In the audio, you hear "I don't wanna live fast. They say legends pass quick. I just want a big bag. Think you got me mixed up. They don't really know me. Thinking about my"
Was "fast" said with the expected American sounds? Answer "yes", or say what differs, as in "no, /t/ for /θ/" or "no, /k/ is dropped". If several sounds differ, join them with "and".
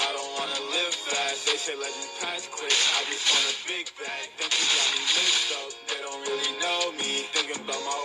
no, /s/ is dropped